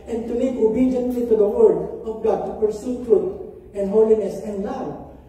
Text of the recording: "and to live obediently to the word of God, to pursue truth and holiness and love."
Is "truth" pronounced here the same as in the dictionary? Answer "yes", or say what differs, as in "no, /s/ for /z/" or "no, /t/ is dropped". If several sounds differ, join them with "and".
no, /t/ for /θ/